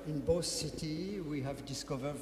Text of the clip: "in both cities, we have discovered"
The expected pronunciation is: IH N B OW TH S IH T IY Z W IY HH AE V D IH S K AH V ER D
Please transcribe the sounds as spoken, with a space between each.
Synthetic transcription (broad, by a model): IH N B OW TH S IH T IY W IY HH AE V D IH S K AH V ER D